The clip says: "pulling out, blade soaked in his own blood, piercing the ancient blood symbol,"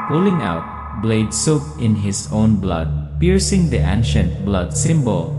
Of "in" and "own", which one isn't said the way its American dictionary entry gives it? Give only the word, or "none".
none